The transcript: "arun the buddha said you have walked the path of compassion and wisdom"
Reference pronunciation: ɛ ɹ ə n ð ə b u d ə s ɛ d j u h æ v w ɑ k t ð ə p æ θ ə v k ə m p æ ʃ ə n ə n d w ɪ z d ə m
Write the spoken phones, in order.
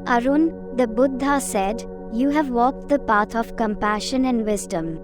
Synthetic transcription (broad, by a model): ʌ ɹ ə n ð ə b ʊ d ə s ɛ d j u h æ v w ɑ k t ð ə p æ t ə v k ə m p æ ʃ ə n ə n d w ɪ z d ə m